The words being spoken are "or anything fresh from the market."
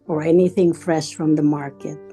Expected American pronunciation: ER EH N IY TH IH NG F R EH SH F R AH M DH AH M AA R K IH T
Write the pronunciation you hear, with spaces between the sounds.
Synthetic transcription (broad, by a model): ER EH N IY TH IH NG F R EH SH F R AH M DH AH M AA R K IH T